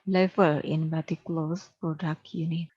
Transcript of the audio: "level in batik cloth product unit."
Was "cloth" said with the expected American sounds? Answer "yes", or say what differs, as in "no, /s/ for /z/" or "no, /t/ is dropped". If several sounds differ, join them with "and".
no, /s/ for /θ/